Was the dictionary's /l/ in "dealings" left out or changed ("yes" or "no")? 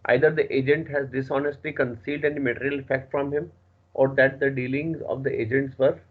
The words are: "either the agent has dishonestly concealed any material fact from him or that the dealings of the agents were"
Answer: no